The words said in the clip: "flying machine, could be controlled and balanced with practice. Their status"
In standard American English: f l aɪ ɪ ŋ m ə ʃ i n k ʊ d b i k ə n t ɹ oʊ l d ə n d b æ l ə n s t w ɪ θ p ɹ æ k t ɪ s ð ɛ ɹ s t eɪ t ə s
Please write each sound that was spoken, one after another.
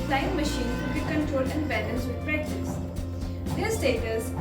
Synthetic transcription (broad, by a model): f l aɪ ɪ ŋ m ə ʃ i n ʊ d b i k ə n t ɹ oʊ l d ə n d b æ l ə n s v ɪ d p ɹ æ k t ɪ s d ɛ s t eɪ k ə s